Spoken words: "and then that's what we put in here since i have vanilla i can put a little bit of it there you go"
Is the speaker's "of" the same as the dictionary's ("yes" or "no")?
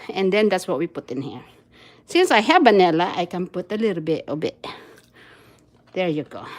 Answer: no